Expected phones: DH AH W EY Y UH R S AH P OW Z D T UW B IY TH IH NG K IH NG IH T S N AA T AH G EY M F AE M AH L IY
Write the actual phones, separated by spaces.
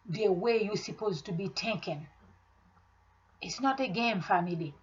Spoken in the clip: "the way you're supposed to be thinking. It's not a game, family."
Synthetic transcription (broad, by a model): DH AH W EY Y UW S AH P OW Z T UW B IY T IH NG K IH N IH T S N AA T AH G EY M F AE M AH L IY